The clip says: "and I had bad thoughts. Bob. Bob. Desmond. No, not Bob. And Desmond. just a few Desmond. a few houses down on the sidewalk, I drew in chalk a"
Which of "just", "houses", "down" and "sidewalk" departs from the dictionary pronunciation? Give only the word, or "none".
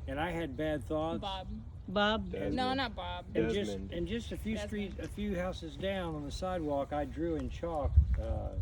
none